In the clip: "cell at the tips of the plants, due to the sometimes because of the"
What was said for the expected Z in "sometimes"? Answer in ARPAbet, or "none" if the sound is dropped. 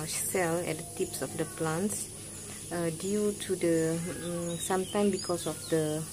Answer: none